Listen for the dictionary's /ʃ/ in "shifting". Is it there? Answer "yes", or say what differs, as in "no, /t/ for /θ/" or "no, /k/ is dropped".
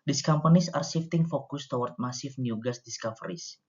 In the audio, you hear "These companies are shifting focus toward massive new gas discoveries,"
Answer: no, /s/ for /ʃ/